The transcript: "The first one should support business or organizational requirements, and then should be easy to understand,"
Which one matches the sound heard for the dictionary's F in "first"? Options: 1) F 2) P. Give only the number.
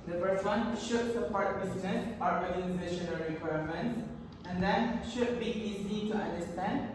2